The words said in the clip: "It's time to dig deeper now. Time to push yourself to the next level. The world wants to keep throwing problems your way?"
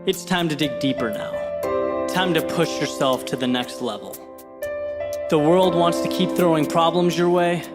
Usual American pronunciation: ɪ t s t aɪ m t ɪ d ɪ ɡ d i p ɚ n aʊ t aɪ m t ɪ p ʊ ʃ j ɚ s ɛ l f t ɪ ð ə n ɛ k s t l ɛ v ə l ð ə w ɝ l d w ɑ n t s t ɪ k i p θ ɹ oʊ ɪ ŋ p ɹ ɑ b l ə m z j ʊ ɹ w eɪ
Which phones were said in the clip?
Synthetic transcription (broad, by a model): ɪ t s t aɪ m t ɪ d ɪ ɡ d i p ɚ n aʊ t aɪ m t ɪ p ʊ ʃ j ɚ s ɛ l f t ɪ ð ə n ɛ k s t l ɛ v l ð ə w ɝ l d w ɑ n t s t ɪ k i p θ ɹ oʊ ɪ ŋ p ɹ ɑ b l ə m z j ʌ ɹ w eɪ